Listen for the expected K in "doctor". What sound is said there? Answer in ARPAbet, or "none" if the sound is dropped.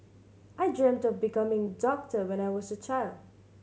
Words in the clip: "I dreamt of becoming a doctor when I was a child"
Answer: K